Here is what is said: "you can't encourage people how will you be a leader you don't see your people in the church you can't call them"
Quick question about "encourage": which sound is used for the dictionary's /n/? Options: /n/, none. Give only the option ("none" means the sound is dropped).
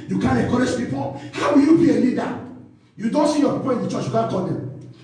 none